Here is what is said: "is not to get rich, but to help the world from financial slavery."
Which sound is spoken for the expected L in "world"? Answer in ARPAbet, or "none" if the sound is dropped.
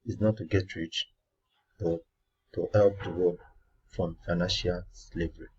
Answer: none